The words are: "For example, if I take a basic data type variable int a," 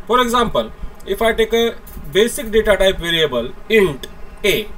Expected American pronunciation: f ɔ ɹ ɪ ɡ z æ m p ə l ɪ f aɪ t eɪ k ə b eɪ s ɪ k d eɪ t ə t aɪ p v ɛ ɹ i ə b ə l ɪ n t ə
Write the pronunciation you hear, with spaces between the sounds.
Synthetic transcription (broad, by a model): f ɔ ɹ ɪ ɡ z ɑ m p ə l ɪ f aɪ t eɪ k ə b eɪ s ɪ k d eɪ t ə t aɪ p v ɛ ɹ i ə b ə l ɪ n t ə